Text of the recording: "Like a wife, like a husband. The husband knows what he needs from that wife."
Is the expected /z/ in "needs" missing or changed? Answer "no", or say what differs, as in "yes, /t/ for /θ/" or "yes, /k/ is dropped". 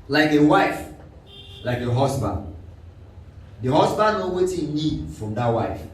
yes, /z/ is dropped